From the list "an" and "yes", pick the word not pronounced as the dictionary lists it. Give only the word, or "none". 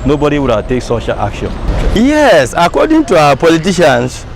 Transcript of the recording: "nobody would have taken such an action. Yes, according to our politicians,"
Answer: an